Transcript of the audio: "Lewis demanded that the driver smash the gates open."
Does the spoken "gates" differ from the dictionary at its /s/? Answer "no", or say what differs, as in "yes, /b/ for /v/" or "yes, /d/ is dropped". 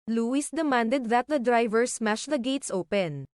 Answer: no